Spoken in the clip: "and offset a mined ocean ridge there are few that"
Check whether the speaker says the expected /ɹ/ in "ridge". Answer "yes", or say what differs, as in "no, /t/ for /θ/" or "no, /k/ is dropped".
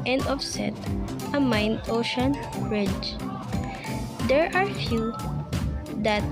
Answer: yes